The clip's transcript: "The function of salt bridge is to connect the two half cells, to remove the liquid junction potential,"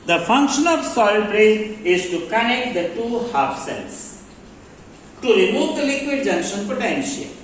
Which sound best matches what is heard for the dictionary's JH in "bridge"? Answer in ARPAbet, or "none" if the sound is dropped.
none